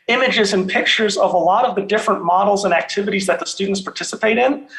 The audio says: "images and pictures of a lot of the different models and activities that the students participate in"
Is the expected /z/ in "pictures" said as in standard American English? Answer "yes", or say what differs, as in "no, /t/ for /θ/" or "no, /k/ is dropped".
yes